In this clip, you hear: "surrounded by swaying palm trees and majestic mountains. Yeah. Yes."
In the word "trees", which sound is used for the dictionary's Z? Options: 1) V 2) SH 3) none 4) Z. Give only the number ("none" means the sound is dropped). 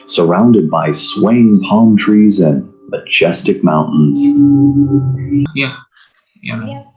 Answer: 4